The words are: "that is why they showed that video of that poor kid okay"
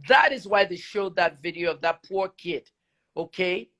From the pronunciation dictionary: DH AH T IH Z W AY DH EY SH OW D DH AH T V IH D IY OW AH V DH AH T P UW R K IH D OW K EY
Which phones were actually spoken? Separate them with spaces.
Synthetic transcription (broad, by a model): DH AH T IH Z W AY DH EY SH OW D DH AH T V IH D IY OW AH V DH AH T P UW R K IH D OW K EY